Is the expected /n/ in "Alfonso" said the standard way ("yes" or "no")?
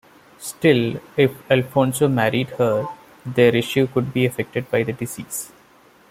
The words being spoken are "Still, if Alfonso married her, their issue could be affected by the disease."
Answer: yes